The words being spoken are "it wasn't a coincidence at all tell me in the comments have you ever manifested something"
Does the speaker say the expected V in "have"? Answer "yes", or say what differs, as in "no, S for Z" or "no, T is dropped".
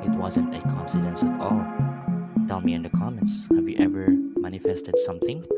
yes